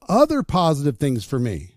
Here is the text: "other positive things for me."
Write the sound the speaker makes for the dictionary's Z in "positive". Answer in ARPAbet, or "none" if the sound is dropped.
Z